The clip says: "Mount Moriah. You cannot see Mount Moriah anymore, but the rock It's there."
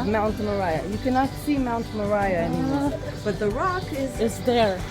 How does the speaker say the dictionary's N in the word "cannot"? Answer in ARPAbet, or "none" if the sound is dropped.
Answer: N